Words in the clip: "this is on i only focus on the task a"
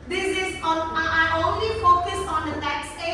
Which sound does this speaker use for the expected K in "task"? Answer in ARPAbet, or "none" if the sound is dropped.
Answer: none